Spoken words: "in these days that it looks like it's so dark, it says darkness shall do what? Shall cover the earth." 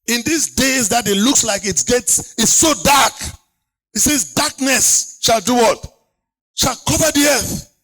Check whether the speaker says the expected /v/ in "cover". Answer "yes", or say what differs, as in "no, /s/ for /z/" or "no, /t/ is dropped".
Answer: yes